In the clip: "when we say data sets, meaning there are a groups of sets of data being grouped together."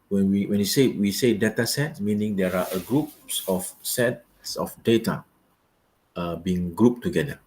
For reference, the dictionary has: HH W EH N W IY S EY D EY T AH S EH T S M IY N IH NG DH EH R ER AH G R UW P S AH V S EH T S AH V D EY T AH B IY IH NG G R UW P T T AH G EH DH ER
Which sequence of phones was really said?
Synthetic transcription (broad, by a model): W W EH N W IY S EY D EY T AH S EH T S M IY N IH NG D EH R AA AH G R UW P S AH F S EH T S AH F D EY T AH B IY IH NG G R UW P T T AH G EH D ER